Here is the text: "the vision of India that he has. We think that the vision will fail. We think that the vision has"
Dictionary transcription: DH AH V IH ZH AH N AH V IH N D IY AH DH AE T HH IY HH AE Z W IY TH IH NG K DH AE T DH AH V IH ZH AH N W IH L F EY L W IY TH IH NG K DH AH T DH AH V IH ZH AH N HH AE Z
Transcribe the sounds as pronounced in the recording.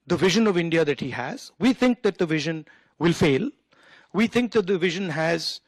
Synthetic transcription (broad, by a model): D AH V IH ZH AH N AH V IH N D IY AH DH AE T HH IY HH AE Z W IY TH IH NG K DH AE T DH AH V IH ZH AH N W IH L F EY L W IY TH IH NG K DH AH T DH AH V IH ZH AH N HH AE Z